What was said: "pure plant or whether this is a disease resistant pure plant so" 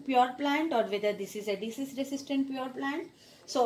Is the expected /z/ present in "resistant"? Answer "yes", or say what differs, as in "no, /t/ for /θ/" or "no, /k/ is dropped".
no, /s/ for /z/